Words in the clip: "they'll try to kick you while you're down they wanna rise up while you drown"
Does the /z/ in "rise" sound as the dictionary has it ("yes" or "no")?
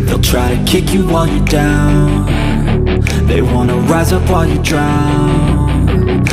yes